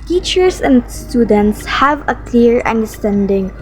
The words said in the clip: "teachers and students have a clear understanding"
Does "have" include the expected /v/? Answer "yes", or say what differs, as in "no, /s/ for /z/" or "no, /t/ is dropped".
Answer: yes